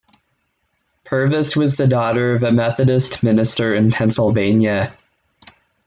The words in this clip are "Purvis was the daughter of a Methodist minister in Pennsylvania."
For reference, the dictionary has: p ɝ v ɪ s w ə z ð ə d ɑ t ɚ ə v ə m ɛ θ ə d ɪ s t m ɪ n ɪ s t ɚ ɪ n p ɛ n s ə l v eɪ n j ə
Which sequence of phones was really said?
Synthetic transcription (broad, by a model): p ɝ v ɪ s w ə z ð ə d ɑ t ɚ ə v ə m ɛ θ ə d ɪ s t m ɪ n ɪ s t ɚ ɪ n p ɛ n s l v eɪ n j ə